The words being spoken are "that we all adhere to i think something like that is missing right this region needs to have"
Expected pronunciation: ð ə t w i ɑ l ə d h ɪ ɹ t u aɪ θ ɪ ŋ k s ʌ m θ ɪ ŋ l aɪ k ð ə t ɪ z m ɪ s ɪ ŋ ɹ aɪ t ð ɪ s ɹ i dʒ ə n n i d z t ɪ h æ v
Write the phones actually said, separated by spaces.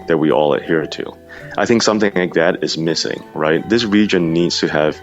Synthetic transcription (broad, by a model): ð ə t w i ɑ l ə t h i ɹ t u aɪ θ ɪ ŋ k s ʌ m θ ɪ ŋ l aɪ k ð ə t ɪ z m ɪ s ɪ ŋ ɹ aɪ t ð ɪ s ɹ i dʒ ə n n i d z t ɪ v